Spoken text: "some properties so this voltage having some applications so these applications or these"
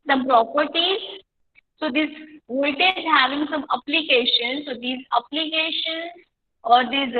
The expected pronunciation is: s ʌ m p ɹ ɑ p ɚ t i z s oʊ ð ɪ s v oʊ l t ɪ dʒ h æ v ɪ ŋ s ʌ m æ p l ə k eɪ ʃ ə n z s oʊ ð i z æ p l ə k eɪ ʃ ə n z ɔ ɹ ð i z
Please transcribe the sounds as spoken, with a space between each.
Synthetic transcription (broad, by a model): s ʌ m p ɹ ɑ p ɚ t i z s oʊ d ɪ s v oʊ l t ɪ z h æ v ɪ ŋ s ʌ m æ p l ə k eɪ ʃ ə n s oʊ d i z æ p l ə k eɪ ʃ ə n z ɔ ɹ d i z